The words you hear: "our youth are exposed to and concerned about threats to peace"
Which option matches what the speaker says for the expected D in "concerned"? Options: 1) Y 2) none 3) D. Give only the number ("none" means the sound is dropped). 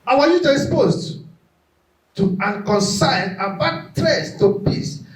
2